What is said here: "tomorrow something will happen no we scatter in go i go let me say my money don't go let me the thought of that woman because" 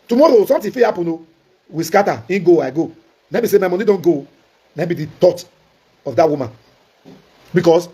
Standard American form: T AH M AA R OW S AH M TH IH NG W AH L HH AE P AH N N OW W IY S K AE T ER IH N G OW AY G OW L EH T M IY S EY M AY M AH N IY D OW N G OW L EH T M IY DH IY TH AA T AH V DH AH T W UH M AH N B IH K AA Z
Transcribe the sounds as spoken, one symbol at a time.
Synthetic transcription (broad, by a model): T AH M AA R OW S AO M T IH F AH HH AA P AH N N OW W IY S K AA T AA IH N G OW AY G OW N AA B IY S EY M AY M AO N IY D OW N G OW N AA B IY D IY T AA T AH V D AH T W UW M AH N B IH K AA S